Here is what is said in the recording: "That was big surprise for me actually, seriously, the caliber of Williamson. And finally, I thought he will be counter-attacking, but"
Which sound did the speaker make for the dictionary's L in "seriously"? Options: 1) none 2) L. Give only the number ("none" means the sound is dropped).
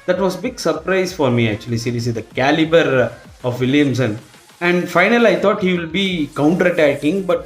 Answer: 1